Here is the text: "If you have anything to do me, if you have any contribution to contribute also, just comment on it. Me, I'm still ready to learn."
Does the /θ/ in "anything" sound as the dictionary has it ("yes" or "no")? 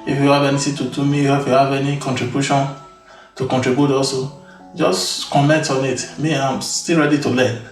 no